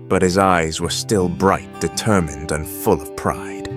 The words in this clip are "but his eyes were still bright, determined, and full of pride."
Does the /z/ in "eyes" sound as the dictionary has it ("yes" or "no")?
yes